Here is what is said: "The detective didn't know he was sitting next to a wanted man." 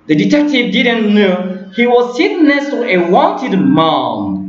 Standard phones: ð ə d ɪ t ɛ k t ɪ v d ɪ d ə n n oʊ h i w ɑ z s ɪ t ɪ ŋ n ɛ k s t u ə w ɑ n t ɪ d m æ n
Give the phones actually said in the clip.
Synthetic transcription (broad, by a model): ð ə d ɪ t ɛ k t ɪ v d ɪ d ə n n oʊ h i w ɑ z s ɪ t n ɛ s t u ə w ɑ n t ɪ d m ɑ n